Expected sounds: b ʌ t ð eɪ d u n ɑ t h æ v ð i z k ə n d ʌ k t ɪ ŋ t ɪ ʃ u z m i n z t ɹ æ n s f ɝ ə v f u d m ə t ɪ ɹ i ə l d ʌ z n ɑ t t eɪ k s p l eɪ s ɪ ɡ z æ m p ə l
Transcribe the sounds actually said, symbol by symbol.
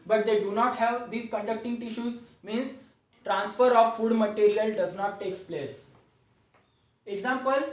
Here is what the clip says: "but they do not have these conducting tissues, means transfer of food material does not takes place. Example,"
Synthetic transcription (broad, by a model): b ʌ t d eɪ d u n ɑ t h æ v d i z k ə n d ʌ k t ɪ ŋ t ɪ ʃ u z m i n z t ɹ æ n s f ɝ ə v f u d m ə t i ɹ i ə l d ʌ z n ɑ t t eɪ k s p l eɪ s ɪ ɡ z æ m p ə l